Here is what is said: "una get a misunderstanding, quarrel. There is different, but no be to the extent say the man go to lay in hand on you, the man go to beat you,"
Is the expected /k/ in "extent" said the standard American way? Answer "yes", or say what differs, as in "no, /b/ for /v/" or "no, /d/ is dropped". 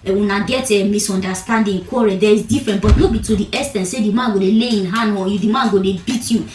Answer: no, /k/ is dropped